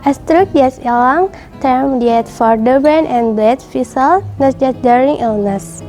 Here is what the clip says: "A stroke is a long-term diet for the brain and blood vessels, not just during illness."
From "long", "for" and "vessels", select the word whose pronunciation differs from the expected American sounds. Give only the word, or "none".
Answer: vessels